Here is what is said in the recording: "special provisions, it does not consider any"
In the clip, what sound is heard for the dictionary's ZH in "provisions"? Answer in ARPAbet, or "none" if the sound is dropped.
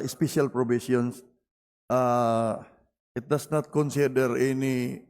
S